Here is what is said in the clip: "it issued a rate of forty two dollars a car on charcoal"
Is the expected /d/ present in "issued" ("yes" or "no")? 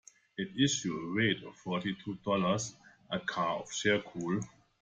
no